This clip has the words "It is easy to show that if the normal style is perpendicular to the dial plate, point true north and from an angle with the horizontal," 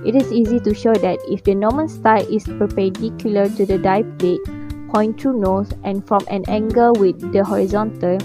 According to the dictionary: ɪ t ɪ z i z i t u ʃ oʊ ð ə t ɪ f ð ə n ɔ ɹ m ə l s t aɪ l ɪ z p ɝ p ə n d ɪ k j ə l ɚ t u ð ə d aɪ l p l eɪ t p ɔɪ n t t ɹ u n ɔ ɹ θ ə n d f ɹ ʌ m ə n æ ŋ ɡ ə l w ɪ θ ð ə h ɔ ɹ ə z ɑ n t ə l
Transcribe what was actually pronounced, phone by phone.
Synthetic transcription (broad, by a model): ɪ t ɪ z i z i t u ʃ oʊ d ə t ɪ f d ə n ɔ m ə n s t aɪ l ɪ s p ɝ p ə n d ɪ k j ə l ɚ t u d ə d aɪ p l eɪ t p ɔɪ n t t ɹ u n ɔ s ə n f ɹ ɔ m ə n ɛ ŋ ɡ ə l w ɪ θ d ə h ɔ ɹ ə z ɑ n t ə l